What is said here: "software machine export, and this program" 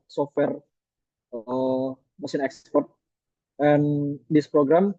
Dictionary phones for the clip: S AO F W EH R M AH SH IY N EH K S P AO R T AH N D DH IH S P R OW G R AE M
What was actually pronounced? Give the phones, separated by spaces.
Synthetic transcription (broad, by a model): S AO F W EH R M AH S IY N EH K S P AO R T AH N D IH S P R OW G R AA M